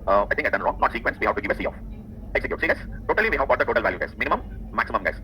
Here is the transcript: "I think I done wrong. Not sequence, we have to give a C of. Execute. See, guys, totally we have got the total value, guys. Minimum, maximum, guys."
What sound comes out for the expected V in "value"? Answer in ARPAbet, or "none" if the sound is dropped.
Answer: V